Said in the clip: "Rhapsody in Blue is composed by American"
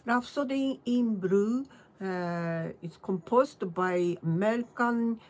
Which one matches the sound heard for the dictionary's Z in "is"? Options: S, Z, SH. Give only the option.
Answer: S